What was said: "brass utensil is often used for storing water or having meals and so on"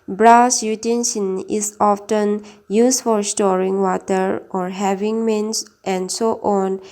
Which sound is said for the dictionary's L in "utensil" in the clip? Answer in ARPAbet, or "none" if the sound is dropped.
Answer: N